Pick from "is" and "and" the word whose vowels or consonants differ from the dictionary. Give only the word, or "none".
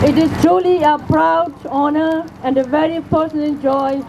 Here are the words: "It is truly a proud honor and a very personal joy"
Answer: is